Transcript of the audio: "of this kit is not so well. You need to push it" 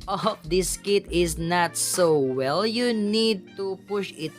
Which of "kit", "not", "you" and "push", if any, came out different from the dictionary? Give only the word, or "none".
none